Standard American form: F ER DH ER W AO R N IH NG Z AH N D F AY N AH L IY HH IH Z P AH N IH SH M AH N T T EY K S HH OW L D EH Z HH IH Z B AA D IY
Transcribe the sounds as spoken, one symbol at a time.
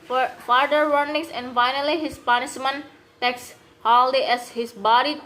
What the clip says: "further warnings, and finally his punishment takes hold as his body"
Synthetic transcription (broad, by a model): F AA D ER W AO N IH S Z AH N D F AY N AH L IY HH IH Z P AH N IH S M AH N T T EY K S HH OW L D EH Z HH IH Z B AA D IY